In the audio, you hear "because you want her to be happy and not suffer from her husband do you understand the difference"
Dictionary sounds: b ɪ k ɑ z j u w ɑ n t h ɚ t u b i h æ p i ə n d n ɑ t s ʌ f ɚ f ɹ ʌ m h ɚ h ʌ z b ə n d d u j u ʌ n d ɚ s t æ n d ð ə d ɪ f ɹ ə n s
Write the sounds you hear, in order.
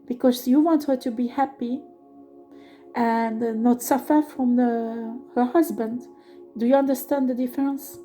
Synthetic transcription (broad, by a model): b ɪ k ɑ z j u w ɑ n t h ɚ t u b i h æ p i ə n n ɑ t s ʌ f ɚ f ɹ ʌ m h ɚ h ʌ z b ə n d d u j u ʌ n d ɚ s t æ n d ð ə d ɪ f ɹ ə n s